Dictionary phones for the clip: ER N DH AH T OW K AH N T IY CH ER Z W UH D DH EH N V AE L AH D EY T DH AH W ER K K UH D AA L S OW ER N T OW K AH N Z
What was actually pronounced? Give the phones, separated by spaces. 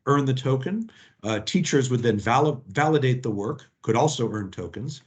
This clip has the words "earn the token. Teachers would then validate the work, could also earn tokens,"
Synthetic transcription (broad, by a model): ER N DH AH T OW K AH N T IY CH ER Z W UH D DH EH N V AE L AH D EY T DH AH W ER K K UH D AA L S OW ER N T OW K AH N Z